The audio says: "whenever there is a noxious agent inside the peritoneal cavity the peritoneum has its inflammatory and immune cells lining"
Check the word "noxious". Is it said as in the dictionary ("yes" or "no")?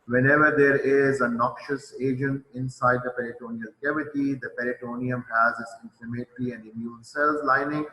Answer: yes